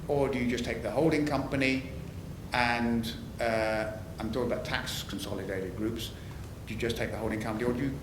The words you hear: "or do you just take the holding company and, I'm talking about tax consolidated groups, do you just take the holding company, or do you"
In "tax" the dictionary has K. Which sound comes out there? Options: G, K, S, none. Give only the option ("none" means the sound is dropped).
K